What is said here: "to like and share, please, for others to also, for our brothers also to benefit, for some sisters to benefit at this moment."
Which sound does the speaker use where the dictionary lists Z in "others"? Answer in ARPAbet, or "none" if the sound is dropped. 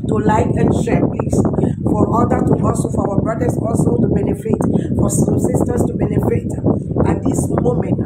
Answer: none